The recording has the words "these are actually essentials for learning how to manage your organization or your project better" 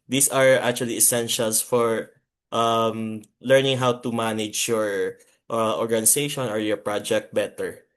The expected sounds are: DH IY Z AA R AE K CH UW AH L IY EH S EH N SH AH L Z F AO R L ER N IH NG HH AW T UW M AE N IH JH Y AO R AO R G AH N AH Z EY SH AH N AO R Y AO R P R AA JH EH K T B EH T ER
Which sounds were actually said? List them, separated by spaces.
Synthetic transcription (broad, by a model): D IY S AA R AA K CH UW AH L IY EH S EH N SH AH L S F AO R L ER N IH NG HH AW T UW M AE N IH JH Y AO R AO R G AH N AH S EY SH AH N AO R Y AO R P R AA JH EH K T B EH T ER